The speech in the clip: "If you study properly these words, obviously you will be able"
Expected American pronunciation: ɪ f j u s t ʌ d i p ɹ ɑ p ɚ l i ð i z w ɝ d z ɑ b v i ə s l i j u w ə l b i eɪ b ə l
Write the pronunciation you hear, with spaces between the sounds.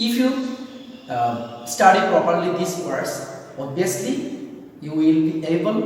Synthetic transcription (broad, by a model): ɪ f j u s t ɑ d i p ɹ ɑ p ɚ l i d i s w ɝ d s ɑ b i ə s l i j u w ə l b i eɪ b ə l